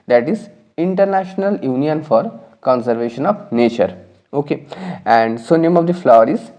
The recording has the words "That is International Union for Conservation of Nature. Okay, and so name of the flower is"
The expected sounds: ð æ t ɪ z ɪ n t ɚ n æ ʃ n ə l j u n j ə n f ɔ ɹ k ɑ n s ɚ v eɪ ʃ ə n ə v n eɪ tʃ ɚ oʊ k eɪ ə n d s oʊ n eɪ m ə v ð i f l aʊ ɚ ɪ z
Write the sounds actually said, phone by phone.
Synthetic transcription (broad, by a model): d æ t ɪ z ɪ n t ɚ n æ ʃ n ə l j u n j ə n f ɔ ɹ k ɑ n s ɚ v eɪ ʃ ə n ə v n eɪ tʃ ɚ oʊ k eɪ ə n d s oʊ n eɪ m ə v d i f l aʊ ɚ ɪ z